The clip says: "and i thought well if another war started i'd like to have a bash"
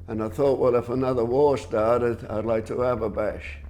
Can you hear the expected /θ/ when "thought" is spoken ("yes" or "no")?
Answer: yes